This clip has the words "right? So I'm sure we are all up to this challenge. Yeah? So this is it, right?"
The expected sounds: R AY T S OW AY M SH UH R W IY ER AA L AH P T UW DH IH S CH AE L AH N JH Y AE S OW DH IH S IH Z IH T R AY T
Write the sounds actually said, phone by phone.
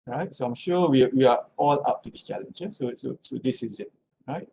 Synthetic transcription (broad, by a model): R AY T S OW AY M SH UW W W IY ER AA L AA P T UW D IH S CH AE L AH N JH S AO S OW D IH S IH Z IH T R AY T